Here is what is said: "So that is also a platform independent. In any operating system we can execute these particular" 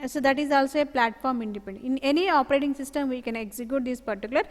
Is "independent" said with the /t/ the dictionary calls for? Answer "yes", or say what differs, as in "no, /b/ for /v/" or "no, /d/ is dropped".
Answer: no, /t/ is dropped